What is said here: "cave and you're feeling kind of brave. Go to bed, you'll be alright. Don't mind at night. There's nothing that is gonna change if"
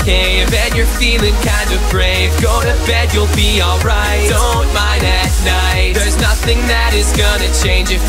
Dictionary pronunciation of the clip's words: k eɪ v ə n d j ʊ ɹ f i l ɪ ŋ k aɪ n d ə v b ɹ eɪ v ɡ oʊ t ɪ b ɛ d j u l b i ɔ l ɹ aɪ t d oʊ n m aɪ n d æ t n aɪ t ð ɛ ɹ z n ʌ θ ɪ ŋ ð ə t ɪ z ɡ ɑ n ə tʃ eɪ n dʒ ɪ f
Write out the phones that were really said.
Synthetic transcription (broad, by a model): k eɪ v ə n j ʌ ɹ f i l ɪ ŋ k aɪ n d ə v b ɹ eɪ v ɡ oʊ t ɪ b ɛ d j u l b i ɔ l ɹ aɪ t d oʊ n m aɪ n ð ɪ t n aɪ t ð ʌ ɹ z n ʌ θ ɪ ŋ ð ə t ɪ z ɡ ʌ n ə tʃ eɪ n dʒ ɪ